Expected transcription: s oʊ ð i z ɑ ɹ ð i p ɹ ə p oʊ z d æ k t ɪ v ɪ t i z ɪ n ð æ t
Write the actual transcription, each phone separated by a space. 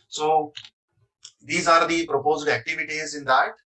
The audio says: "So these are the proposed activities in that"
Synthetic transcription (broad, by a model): s oʊ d i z ɑ ɹ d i p ɹ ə p oʊ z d æ k t ɪ v ɪ t i z ɪ n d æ t